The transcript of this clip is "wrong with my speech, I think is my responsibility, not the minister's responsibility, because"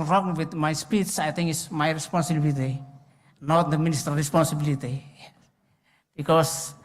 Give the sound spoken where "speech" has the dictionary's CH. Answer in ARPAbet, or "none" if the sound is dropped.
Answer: S